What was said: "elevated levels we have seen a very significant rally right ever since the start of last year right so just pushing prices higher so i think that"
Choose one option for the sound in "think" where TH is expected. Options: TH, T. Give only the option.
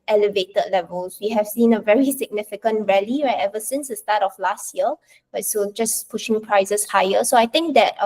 T